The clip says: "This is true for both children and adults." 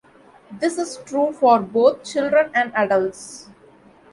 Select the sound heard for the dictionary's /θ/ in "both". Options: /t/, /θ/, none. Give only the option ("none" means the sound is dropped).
/t/